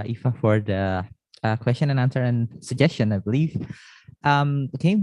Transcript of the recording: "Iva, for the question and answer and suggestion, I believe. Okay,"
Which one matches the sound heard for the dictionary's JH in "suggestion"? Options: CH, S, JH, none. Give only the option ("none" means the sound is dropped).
JH